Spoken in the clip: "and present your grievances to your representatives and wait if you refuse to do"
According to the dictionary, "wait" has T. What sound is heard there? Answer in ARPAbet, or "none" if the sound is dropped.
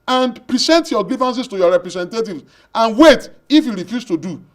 T